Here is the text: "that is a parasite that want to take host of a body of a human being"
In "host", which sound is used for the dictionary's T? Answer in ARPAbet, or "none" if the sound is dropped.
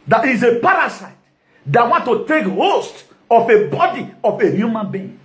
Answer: T